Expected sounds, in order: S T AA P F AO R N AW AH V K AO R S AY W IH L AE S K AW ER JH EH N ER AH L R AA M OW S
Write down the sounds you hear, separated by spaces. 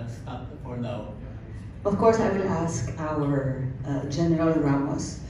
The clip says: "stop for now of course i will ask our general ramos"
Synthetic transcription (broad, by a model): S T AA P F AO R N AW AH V K AO R S AY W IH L AE S K AW ER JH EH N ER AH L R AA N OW S